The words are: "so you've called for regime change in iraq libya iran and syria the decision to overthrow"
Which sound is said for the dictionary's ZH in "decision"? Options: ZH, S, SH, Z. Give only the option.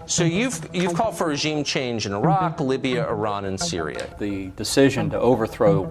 ZH